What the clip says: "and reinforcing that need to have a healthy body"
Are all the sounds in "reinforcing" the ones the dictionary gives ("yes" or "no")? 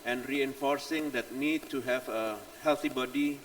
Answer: yes